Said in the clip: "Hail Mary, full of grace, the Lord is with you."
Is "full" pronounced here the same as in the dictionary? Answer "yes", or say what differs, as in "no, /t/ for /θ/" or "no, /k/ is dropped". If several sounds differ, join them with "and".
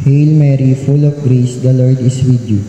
yes